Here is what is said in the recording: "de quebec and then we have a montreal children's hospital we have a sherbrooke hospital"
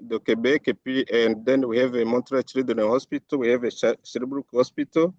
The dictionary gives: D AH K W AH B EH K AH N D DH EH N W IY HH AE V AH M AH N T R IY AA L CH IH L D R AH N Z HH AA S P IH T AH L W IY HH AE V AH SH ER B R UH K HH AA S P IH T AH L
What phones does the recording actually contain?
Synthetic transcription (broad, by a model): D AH K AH B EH K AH N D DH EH N W IY HH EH V AH M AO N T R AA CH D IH D AH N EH HH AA S P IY T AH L W IY HH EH V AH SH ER B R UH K HH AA S P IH T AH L